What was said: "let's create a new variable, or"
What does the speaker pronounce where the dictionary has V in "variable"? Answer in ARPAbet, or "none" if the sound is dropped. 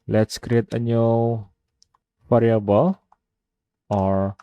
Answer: F